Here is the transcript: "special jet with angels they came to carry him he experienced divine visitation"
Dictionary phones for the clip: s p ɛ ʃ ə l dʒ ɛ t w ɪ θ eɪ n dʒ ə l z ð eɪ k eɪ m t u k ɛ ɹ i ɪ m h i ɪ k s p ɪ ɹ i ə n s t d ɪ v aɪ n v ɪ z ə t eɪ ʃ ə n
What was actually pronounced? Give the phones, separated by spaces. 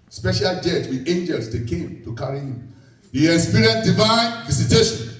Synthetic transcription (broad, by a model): s p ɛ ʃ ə l dʒ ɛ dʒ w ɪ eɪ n dʒ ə l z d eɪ k eɪ m t u k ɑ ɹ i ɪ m h i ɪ s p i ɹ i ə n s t d ɪ v aɪ n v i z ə t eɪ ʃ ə n